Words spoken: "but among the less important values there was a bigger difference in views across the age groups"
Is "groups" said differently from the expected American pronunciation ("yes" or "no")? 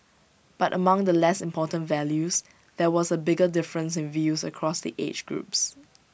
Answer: no